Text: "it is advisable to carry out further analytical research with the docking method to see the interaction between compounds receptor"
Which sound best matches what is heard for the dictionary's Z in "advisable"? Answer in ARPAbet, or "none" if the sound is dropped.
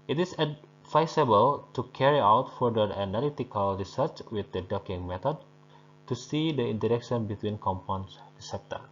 S